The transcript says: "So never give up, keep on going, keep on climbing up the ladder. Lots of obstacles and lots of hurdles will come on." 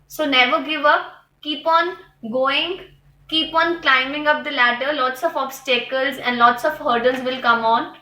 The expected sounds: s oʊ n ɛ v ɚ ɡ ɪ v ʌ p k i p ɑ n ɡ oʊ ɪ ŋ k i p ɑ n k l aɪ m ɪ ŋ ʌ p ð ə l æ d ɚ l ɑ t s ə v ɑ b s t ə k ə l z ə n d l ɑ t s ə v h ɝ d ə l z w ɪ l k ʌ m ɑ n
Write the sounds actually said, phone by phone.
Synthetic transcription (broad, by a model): s oʊ n ɛ v ɚ ɡ ɪ v ʌ p k i p ɑ n ɡ oʊ ɪ ŋ k i p ɑ n k l aɪ m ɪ ŋ ʌ p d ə l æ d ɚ l ɑ t s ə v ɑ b s t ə k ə l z ə n d l ɑ t s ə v h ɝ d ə n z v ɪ l k ʌ m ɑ n